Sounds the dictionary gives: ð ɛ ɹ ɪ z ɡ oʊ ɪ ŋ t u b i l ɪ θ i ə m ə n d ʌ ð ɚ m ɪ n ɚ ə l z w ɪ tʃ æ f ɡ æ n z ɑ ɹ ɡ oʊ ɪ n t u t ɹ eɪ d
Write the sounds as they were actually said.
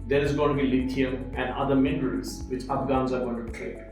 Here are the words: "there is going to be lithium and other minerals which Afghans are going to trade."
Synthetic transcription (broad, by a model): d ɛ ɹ ɪ z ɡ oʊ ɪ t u b i l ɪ t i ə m ə n d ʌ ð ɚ m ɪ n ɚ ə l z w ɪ tʃ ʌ p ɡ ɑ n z ɑ ɹ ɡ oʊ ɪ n t u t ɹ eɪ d